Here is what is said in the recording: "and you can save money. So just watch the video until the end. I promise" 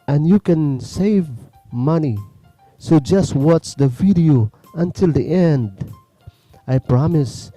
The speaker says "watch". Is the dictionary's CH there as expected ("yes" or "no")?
no